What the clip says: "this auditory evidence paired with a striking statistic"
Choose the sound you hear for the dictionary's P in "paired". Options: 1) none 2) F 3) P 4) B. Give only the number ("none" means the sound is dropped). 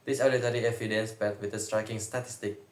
4